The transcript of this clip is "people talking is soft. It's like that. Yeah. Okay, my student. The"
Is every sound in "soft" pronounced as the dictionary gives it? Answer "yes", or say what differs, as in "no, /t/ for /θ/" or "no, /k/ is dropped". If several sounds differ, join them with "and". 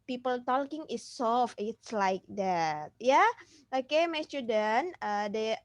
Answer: no, /t/ is dropped